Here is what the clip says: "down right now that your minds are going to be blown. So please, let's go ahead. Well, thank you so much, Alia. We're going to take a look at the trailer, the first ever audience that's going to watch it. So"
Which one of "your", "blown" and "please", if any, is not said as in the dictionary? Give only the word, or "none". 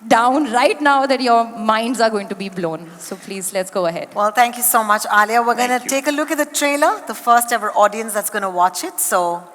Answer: none